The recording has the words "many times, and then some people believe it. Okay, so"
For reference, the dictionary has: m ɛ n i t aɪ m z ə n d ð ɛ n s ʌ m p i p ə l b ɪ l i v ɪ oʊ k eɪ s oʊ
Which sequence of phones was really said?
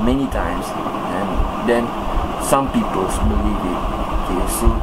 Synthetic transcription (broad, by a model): m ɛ n i t aɪ m s ə n d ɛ n s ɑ m p i p ə l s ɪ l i w ɪ oʊ k eɪ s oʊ